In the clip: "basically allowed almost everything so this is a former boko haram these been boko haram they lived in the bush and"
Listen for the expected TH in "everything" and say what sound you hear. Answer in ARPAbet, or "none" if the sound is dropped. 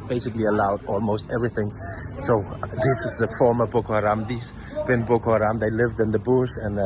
TH